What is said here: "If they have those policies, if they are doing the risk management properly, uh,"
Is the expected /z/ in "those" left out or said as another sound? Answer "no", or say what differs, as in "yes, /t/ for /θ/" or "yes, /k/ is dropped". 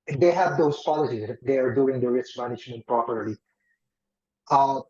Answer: yes, /s/ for /z/